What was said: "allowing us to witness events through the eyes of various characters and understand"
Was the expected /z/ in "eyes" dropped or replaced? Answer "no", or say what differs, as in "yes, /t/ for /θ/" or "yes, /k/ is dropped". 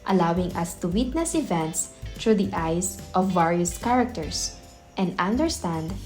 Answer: yes, /s/ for /z/